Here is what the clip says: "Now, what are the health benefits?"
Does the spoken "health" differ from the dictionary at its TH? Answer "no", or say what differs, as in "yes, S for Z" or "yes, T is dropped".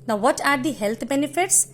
yes, T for TH